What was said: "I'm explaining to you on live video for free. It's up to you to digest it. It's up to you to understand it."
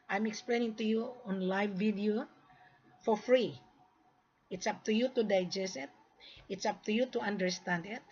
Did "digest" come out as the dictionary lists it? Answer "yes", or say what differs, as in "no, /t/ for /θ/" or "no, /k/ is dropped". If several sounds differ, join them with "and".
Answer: no, /t/ is dropped